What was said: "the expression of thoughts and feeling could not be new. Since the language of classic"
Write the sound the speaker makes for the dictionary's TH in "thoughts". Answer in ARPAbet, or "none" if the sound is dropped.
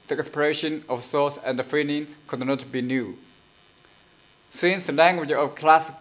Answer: S